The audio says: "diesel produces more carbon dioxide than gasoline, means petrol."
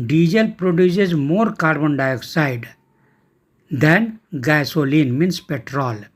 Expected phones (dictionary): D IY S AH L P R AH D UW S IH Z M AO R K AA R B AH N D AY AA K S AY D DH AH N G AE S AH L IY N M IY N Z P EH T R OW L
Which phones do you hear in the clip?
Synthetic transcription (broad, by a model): D IY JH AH L P R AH D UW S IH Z M AO R K AA R B AH N D AY AA K S AY D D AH N G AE S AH L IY N M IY N S P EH T R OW L